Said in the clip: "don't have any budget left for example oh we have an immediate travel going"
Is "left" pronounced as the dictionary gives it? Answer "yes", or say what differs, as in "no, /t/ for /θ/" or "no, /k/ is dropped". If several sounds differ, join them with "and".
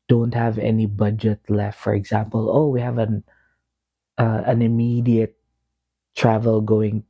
yes